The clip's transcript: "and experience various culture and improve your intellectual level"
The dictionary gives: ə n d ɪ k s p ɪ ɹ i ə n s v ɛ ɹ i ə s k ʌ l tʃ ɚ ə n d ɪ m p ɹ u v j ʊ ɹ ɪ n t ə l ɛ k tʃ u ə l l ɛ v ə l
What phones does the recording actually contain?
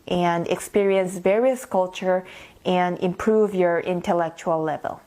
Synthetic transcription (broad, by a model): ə n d ɪ k s p ɪ ɹ i ə n s v ɛ ɹ i ə s k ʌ l tʃ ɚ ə n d ɪ m p ɹ u v j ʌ ɹ ɪ n t ə l ɛ k tʃ u ə l l ɛ v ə l